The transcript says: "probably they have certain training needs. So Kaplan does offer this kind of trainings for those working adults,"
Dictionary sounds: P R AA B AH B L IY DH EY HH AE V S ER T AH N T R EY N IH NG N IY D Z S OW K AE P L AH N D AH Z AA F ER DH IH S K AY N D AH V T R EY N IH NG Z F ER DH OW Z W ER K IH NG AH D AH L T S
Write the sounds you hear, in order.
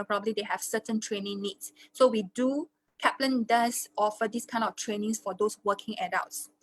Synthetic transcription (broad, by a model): P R AA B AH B L IY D EY HH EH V S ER T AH N T R EY N IH NG N IY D S OW K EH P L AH N D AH S AA F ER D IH S K AY N D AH F T R EY N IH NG S F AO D OW S W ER K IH NG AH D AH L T S